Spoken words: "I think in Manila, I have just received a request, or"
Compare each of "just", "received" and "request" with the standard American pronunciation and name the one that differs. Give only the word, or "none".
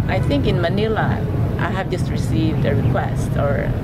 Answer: none